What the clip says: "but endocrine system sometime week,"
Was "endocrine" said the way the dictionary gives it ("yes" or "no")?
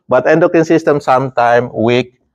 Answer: no